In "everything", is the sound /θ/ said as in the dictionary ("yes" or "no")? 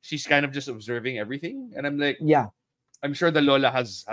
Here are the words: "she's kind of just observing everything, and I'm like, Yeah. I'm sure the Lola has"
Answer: yes